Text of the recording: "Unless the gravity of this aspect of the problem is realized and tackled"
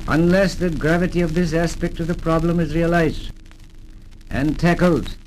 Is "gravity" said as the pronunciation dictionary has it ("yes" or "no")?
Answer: yes